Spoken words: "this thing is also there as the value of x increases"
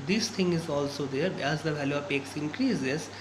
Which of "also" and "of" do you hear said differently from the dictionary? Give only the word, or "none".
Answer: of